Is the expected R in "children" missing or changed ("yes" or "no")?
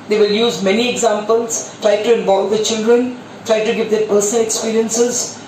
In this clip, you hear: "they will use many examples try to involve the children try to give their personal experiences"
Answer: no